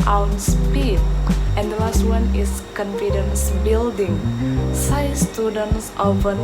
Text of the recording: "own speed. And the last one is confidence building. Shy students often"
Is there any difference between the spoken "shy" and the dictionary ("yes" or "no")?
yes